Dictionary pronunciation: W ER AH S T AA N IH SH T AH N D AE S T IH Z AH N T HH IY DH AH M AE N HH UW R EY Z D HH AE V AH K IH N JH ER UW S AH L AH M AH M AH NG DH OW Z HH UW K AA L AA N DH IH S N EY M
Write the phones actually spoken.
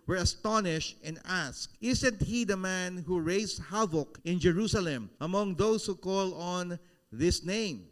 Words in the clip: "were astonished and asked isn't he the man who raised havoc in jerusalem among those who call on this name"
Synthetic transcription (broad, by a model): W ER AH S T AA N IH SH T AH N D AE S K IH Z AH N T HH IY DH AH M AE N HH UW R EY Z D HH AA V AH K IH N JH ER UW S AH L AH M AH M AH NG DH OW S HH UW K AA L AA N DH IH S N EY M